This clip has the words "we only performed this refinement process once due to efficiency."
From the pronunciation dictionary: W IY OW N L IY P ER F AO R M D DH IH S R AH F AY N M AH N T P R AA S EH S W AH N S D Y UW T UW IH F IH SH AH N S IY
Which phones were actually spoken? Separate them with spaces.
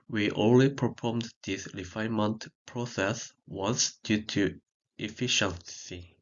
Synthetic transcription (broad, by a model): W IY OW N L IY P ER P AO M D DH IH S R AH F AY N M AH N T P R AA S EH S W AH N S D Y UW T UW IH F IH SH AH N S IY